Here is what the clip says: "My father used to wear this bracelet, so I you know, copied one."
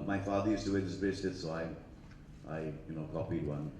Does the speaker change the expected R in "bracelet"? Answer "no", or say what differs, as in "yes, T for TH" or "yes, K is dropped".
yes, R is dropped